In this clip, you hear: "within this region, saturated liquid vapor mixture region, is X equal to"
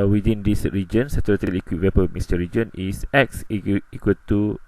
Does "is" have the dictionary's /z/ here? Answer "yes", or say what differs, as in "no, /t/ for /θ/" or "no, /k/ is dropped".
no, /s/ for /z/